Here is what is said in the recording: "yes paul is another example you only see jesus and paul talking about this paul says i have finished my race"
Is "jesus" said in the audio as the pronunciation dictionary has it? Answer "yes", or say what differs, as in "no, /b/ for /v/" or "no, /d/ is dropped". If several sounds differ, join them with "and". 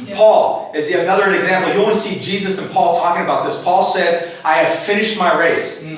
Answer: yes